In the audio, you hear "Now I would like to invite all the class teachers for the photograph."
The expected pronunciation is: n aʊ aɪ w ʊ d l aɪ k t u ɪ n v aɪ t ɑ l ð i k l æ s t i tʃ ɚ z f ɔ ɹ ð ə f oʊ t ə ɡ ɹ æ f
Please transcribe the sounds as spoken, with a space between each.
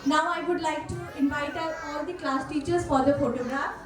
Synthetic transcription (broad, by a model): n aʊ aɪ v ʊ d l aɪ k t u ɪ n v aɪ t ɑ l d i k l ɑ s t i tʃ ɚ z f ɔ ɹ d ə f oʊ t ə ɡ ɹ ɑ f